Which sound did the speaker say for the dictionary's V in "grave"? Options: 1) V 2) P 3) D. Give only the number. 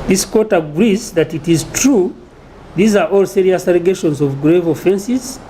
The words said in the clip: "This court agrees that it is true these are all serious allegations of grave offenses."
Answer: 1